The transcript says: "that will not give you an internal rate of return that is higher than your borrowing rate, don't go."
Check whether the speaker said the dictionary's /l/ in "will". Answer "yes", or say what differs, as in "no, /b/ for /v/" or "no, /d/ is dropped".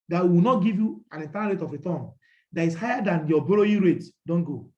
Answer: no, /w/ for /l/